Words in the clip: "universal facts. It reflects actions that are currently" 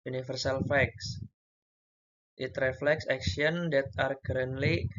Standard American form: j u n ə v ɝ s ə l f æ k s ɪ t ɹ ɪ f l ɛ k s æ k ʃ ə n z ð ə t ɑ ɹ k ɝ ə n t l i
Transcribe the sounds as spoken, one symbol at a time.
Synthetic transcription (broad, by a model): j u n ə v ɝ s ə l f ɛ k s ɪ t ɹ ɪ f l ɛ k s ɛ k s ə n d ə t ɑ ɹ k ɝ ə n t l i